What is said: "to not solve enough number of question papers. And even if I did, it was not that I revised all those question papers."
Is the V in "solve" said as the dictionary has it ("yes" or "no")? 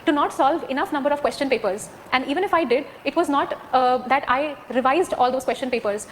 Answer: yes